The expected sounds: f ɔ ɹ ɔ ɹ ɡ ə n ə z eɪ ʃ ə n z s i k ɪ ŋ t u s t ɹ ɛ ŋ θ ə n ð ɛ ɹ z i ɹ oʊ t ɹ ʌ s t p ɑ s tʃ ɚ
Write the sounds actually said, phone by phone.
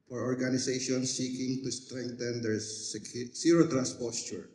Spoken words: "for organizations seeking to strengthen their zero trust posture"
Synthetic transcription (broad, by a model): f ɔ ɹ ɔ ɹ ɡ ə n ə s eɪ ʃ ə n s i k ɪ ŋ t u s t ɹ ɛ ŋ t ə n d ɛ ɹ s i ɹ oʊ t ɹ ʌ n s p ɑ s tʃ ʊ